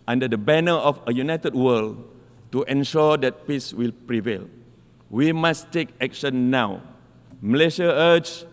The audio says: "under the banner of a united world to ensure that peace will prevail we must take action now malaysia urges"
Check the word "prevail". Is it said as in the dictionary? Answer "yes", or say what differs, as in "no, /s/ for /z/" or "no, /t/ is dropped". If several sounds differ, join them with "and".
yes